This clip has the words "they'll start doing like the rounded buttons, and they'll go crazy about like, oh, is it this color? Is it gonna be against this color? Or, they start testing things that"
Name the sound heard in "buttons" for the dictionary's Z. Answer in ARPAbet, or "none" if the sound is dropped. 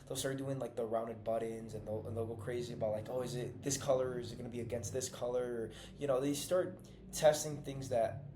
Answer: Z